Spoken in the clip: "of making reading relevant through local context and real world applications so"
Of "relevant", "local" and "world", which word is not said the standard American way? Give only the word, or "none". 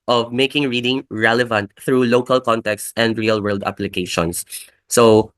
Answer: none